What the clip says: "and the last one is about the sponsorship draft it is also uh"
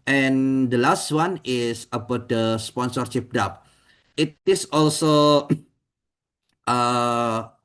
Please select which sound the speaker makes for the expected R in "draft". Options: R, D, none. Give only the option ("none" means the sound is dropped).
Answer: none